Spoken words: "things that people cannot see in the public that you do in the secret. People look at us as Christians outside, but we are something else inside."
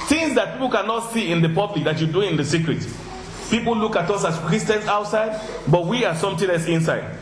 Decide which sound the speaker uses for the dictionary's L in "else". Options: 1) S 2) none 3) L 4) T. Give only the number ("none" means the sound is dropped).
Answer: 2